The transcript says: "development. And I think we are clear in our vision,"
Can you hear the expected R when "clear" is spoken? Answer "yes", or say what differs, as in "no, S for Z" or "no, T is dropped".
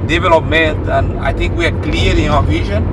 no, L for R